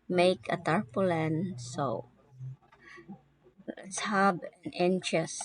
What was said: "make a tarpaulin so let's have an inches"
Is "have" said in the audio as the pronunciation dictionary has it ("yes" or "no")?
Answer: no